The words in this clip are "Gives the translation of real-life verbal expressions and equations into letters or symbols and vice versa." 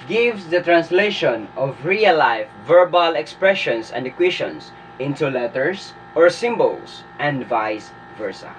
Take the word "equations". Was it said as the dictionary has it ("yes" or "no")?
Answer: no